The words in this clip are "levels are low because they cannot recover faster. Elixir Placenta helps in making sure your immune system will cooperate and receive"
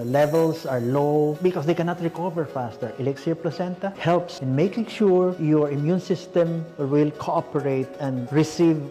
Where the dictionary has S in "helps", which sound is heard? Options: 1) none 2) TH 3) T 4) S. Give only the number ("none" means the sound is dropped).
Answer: 4